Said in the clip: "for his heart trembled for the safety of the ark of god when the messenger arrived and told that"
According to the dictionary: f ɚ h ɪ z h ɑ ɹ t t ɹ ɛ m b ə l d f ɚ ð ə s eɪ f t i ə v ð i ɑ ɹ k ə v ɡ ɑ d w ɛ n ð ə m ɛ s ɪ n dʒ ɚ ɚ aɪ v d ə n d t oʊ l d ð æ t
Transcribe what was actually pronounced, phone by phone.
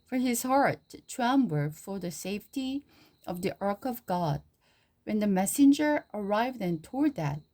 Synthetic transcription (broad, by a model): f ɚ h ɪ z h ɑ ɹ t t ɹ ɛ m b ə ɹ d f ɚ ð ə s eɪ f t i ə v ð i ɑ ɹ k ə v ɡ ɑ d w ɛ n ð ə m ɛ s ɪ n dʒ ɚ ɚ aɪ v d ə n t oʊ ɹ d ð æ t